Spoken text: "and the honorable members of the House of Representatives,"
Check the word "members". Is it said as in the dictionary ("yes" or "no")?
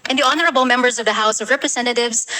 yes